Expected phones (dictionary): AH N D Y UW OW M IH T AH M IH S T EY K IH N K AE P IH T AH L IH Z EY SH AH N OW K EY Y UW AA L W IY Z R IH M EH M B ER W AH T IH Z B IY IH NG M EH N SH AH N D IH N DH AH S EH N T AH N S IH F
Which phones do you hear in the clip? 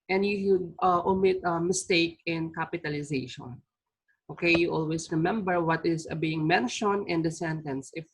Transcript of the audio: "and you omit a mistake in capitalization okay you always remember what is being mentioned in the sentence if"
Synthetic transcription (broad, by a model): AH N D Y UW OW M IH T AH M IH S T EY K IH N K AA P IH T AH L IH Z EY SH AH N OW K EY Y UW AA L W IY S R IH M EH M B ER W AH T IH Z B IY IH NG M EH N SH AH N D IH N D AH S EH N T AH N S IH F